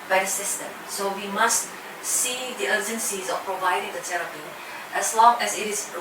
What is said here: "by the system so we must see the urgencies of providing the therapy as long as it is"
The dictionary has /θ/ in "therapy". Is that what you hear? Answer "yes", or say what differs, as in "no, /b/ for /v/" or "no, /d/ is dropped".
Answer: no, /t/ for /θ/